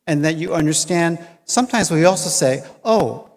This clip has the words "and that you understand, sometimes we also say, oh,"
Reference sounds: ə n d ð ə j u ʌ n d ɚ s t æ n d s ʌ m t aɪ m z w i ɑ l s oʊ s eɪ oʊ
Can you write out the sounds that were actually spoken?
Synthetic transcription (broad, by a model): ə n ð ə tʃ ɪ ʌ n d ɚ s t æ n d s ʌ m t aɪ m z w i ɑ l s oʊ s eɪ oʊ